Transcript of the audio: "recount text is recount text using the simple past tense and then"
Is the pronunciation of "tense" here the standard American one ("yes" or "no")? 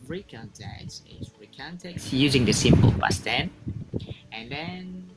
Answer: no